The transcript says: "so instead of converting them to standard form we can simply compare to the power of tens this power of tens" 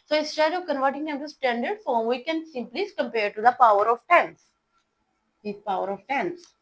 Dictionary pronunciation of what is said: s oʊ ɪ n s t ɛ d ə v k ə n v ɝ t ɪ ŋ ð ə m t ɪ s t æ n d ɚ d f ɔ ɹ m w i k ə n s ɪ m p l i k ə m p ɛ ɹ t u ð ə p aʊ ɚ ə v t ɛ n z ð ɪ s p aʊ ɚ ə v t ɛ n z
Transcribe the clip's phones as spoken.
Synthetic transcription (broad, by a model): s oʊ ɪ s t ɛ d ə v k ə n v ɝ t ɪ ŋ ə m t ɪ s t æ n d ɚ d f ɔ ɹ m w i k ə n s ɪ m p l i k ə m p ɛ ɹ t u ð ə p aʊ ɚ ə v t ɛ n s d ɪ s p aʊ ɚ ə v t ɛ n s